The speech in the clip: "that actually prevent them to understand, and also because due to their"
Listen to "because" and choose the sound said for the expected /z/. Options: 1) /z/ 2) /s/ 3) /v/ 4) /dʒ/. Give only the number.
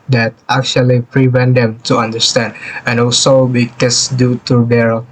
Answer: 2